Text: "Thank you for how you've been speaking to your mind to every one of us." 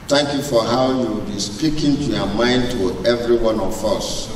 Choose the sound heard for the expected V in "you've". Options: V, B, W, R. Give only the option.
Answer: W